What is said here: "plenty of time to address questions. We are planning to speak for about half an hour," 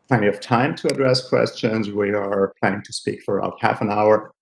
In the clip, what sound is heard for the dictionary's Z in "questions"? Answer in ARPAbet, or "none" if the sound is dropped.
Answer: Z